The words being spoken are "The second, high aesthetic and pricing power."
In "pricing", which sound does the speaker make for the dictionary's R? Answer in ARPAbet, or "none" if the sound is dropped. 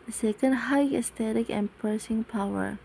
none